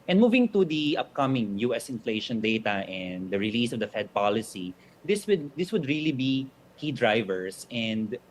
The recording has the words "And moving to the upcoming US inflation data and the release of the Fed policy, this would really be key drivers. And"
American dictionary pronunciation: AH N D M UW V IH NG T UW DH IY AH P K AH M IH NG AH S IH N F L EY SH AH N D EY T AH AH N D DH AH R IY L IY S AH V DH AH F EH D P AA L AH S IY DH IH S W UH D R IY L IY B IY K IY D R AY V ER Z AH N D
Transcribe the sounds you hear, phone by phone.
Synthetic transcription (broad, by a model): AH N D M UW V IH NG T UW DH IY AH P K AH M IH NG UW S IH N F L EY SH AH N D EY T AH AH N D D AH R IY L IY S AH V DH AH F EH D P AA L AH S IY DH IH S W UH D R IY L IY B IY K IY D R AY V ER S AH N D